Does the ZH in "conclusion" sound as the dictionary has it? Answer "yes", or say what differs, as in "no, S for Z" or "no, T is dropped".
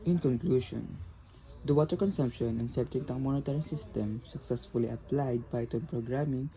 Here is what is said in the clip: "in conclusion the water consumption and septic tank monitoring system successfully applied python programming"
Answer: no, SH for ZH